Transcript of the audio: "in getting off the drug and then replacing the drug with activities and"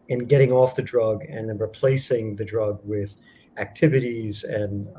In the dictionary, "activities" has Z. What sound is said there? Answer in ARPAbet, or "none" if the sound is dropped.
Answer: Z